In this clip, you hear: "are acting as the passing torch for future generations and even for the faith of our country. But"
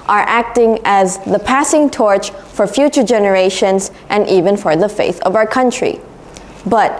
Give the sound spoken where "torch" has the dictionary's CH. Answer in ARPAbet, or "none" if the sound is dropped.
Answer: CH